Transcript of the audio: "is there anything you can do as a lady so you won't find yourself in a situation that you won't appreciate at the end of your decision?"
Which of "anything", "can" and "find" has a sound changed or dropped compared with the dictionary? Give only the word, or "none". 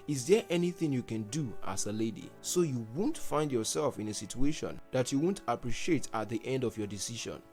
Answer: none